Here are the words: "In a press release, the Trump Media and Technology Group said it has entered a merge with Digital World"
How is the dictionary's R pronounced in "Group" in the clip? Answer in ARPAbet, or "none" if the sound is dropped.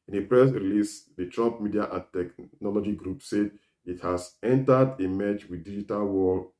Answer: R